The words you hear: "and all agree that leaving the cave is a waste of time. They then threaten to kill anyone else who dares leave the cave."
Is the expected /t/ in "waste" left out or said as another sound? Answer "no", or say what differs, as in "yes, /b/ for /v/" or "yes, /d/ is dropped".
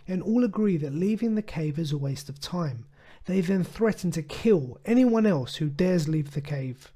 no